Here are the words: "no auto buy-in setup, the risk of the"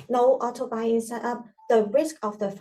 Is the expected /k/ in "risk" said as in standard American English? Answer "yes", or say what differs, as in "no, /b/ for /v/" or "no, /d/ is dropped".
yes